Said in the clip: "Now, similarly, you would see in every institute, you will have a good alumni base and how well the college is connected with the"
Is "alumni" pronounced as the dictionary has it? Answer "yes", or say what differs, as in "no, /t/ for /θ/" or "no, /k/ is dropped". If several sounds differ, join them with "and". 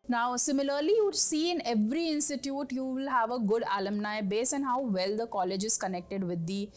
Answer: yes